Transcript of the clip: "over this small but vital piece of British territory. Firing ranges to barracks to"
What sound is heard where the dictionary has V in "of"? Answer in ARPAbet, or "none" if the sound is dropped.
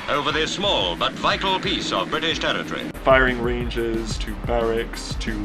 V